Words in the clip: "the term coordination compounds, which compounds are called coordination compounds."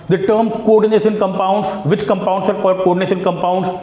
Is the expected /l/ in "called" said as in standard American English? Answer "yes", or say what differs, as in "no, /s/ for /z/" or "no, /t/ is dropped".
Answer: no, /l/ is dropped